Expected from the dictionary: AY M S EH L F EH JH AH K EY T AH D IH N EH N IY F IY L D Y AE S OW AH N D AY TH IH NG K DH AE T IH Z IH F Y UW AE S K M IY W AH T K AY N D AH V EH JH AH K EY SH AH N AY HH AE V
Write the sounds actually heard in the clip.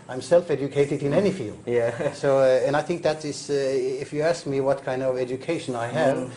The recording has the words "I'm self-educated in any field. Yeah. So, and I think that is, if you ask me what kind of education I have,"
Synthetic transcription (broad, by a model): AY M S EH L F EH JH AH K EY T AH D IH N EH N IY F IY L D Y AE S OW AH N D AY TH IH NG K DH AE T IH S IH F Y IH AE S K M IY W AH T K AY N D AH V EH JH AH K EY SH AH N AY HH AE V